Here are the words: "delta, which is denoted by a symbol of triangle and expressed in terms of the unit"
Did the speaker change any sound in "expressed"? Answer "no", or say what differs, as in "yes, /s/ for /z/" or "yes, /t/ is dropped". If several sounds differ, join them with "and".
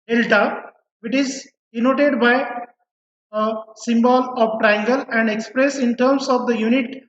yes, /t/ is dropped